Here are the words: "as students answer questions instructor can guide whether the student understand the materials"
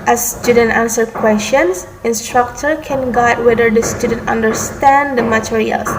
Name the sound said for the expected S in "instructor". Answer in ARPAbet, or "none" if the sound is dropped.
S